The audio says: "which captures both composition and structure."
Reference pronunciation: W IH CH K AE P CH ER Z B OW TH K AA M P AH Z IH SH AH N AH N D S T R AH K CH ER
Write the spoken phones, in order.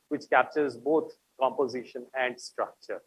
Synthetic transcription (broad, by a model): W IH CH K AE P CH ER Z B OW T K AA M P AH Z IH SH AH N AH N D S T R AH K CH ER